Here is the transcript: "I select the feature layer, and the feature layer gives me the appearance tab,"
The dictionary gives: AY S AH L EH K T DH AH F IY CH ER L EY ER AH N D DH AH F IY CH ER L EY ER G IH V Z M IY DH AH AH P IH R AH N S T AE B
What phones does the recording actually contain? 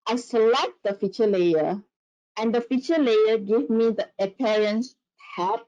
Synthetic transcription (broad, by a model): AY S AH L EH K T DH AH F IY CH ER L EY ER AH N D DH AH F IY CH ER L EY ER G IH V M IY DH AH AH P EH R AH N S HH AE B